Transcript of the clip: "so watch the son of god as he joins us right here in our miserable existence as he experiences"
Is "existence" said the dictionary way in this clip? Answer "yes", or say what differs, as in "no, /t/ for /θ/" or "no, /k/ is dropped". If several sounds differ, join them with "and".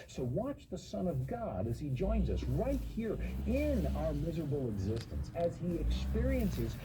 yes